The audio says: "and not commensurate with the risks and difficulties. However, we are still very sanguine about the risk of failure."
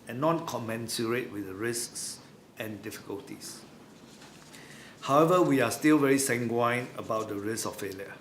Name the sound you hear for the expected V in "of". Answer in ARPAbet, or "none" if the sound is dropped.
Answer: F